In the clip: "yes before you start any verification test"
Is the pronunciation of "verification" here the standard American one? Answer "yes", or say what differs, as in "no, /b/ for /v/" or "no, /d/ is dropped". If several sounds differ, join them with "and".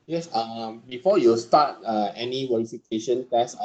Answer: no, /w/ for /v/